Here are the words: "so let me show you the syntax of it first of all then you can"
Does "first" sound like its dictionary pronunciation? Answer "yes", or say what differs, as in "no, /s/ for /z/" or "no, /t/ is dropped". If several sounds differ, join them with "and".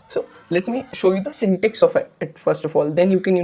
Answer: yes